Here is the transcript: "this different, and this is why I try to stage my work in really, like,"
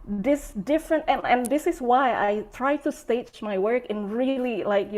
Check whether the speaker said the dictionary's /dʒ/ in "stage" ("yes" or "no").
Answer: no